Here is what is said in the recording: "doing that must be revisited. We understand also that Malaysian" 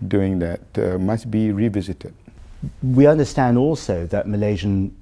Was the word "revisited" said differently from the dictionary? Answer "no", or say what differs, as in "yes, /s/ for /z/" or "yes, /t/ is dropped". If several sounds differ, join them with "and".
no